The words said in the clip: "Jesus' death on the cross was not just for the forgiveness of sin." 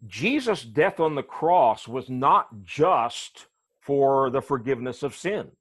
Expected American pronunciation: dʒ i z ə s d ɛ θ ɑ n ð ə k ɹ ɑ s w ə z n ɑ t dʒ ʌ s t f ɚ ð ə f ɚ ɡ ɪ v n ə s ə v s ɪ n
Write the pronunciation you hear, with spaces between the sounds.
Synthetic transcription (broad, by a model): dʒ i z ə s d ɛ θ n ð ə k ɹ ɑ s w ə z n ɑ t dʒ ʌ s t f ɚ ð ə f ɚ ɡ ɪ v n ə s ə v s ɪ n